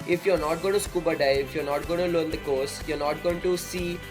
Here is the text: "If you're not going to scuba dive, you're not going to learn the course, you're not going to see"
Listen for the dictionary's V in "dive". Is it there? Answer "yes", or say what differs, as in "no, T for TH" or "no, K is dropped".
no, F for V